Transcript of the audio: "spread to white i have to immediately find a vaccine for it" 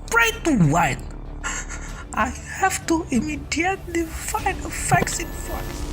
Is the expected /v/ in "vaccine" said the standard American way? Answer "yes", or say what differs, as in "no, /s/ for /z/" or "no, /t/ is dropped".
no, /f/ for /v/